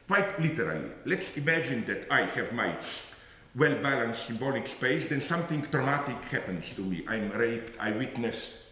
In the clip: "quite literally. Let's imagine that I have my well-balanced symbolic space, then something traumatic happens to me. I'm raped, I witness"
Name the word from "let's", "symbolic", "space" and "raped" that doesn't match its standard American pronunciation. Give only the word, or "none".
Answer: none